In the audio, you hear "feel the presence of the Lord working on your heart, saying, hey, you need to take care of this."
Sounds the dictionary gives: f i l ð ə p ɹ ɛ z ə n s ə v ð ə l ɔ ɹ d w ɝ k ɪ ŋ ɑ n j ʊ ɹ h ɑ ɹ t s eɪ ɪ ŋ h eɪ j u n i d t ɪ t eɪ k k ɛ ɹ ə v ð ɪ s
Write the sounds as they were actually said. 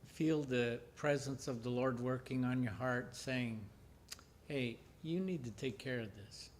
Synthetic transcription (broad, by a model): f i l ð ə p ɹ ɛ z ə n s ə v ð ə l ɔ ɹ d w ɝ k ɪ ŋ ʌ n j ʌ ɹ h ɑ ɹ t s eɪ ɪ ŋ h eɪ j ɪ n i d t ɪ t eɪ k k ɛ ɹ ə v ð ɪ s